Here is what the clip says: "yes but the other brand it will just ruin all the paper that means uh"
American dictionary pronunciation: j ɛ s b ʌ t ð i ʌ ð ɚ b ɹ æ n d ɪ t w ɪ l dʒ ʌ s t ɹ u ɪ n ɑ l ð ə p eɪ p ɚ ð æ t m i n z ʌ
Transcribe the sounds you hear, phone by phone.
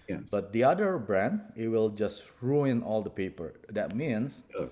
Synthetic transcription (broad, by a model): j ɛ b ʌ t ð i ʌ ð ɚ b ɹ æ n d ɪ t w ɪ l dʒ ʌ s t ɹ u ɪ n ɑ l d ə p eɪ p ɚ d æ t m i n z